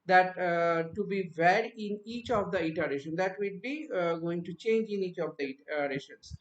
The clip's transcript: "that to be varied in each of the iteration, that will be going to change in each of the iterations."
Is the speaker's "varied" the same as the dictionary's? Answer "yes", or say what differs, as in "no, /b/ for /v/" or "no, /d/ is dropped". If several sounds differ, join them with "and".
no, /d/ is dropped